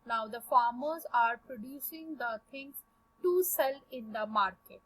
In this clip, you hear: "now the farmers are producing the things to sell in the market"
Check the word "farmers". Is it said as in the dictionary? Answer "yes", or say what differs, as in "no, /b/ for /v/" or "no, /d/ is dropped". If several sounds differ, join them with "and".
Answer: yes